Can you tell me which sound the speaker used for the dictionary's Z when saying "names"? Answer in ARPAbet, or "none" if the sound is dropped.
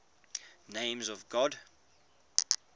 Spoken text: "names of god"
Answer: Z